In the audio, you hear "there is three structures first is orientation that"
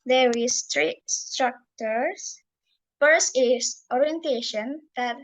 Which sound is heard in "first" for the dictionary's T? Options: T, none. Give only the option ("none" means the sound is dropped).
none